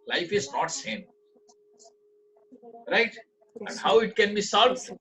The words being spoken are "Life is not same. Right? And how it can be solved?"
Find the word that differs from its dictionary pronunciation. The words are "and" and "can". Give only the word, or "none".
none